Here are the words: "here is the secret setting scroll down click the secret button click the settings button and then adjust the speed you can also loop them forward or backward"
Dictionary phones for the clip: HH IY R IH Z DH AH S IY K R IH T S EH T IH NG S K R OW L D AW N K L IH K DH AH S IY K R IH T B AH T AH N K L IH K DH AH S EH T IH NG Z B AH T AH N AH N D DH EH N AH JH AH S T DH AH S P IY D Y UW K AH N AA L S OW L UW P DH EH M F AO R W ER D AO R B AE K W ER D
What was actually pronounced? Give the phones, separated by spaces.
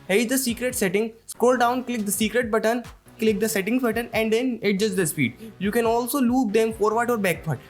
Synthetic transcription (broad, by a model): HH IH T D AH S IY K R IH T S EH T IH NG S K OW L D AW N K L IH K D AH S IY K R IH T B AH T AH N K L IH K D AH S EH T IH NG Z B AH T AH N AH N D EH N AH JH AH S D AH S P IY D Y UW K AH N AA L S OW L UW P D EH M F AO R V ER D AO R B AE K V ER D